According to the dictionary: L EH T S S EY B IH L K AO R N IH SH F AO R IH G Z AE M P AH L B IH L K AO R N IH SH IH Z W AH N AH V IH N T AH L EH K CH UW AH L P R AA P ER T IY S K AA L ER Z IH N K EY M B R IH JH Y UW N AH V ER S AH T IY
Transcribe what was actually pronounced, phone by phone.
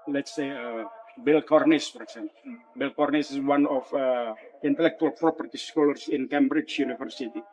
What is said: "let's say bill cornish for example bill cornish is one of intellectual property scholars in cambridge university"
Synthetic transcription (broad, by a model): L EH T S S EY B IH L K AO R N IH S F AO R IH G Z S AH N B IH L K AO R N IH S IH S W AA N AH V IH N T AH L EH K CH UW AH L P R AA P ER T IY S K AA L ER S IH N K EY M B R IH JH Y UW N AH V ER S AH T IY